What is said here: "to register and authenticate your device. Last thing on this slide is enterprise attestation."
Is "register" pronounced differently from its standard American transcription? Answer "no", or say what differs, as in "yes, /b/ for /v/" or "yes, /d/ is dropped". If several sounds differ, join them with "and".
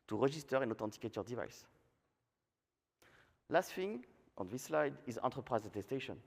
yes, /ʒ/ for /dʒ/